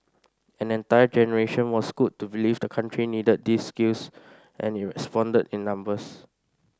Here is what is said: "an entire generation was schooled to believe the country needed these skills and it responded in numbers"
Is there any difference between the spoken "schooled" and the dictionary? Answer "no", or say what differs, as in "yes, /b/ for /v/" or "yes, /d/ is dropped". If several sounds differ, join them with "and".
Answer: yes, /l/ is dropped